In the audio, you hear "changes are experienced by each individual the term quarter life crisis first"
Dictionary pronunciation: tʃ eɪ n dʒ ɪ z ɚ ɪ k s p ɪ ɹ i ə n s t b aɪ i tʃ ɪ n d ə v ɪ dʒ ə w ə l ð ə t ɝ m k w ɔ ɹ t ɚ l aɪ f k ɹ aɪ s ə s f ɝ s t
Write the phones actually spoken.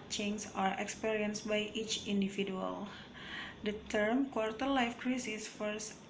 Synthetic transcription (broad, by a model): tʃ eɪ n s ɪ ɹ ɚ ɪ k s p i ɹ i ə n s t b aɪ i tʃ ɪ n d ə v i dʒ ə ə l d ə t ɝ m k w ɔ ɹ t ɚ l aɪ f k ɹ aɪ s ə s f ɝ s